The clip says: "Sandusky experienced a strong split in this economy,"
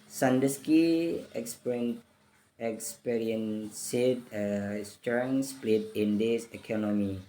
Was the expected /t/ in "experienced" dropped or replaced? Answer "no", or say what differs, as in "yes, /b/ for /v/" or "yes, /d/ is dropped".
yes, /t/ is dropped